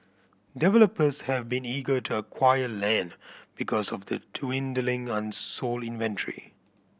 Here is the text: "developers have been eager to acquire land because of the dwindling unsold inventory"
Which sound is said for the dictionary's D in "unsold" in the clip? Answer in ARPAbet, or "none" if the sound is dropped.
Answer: none